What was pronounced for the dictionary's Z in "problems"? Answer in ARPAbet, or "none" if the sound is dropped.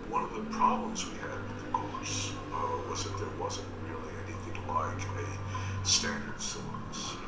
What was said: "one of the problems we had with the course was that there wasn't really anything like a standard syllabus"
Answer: Z